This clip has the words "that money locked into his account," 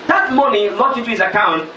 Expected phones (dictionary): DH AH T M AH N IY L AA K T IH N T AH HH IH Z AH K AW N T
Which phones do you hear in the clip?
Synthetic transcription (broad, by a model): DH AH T M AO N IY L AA T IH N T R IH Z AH K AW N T